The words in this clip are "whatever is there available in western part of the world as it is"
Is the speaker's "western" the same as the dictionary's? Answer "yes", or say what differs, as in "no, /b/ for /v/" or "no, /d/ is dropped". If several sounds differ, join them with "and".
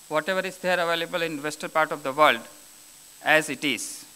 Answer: no, /l/ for /n/